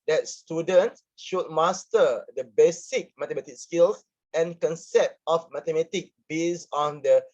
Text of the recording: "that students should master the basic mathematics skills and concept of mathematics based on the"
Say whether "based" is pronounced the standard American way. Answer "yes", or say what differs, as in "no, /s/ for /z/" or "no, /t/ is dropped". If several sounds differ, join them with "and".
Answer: no, /t/ is dropped